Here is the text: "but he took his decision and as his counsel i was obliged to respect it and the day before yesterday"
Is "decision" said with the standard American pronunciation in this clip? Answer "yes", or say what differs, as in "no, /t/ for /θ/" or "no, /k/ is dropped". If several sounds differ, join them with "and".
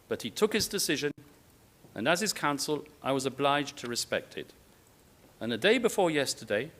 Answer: yes